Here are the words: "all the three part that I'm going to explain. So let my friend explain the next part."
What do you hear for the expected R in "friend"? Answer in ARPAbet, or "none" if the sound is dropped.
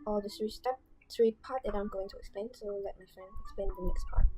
none